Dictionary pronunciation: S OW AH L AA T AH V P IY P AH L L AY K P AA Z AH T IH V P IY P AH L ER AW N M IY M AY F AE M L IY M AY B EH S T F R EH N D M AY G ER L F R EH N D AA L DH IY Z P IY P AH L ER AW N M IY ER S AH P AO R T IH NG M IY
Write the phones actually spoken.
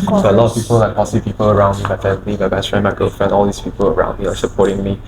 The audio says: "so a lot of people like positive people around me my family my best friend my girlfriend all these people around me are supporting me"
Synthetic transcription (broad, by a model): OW AH L AA T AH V P IY P AH L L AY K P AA S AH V P IY P AH L ER AW N M IY M AY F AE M L IY M AY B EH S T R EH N M AY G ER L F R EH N AA L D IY S P IY P AH L ER AW N M IY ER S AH P AO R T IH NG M IY